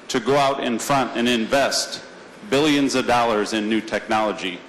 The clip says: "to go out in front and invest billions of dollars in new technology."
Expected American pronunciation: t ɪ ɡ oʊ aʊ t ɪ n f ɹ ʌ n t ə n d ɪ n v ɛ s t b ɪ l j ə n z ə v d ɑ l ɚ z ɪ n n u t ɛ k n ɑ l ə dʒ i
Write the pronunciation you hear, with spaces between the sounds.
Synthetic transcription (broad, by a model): t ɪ ɡ oʊ aʊ t ɪ n f ɹ ʌ n t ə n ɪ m v ɛ s t b ɪ l j ə n z ə v d ɑ l ɚ z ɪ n n u t ɛ k n ɑ l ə dʒ i